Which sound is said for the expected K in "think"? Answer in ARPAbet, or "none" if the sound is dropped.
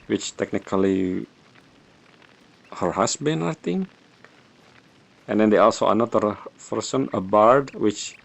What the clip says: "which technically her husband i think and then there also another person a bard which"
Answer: none